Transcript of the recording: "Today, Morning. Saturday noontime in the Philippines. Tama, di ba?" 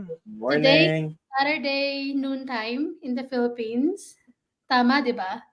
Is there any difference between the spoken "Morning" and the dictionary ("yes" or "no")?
yes